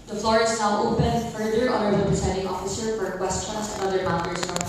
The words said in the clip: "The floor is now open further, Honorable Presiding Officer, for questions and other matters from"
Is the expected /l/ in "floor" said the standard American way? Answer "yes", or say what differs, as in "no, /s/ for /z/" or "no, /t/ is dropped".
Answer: yes